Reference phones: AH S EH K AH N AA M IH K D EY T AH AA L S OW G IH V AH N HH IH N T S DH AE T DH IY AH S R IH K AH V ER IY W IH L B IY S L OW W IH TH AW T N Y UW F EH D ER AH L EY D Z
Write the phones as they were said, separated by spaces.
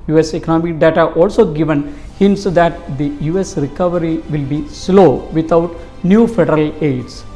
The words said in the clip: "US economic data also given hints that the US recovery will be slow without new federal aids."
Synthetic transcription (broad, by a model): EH S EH K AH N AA M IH K D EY T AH AA L S OW G IH V AH N HH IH N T S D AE T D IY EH S R IH K AH V ER IY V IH L B IY S L OW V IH T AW T N Y UW F EH D ER AH L EY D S